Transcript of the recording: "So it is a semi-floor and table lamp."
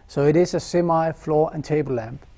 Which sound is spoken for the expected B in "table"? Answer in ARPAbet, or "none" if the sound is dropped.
none